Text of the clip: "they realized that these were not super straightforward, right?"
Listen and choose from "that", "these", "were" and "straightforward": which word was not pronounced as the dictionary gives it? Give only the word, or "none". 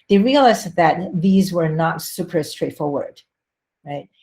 none